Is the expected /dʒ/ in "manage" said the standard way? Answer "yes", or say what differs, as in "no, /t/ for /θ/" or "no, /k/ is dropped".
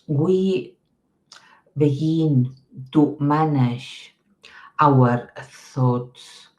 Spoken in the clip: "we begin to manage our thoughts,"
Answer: no, /ʃ/ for /dʒ/